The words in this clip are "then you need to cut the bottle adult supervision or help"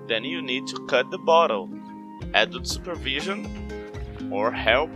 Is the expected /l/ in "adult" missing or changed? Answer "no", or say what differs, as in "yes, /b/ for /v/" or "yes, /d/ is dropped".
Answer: yes, /l/ is dropped